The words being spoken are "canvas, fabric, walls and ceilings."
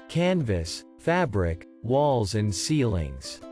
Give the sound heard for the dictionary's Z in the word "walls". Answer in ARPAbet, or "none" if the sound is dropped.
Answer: Z